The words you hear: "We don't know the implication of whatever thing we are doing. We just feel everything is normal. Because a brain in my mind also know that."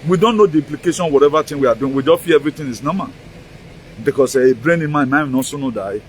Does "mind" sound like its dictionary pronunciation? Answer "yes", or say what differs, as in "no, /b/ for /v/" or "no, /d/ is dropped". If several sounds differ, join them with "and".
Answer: no, /d/ is dropped